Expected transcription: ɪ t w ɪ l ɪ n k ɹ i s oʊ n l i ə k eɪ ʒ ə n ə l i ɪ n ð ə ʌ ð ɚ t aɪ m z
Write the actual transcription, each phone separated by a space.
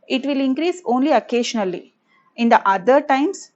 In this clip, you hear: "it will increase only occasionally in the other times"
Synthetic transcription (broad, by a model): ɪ t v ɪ l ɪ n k ɹ i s oʊ n l i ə k eɪ ʃ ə n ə l i ɪ n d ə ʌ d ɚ t aɪ m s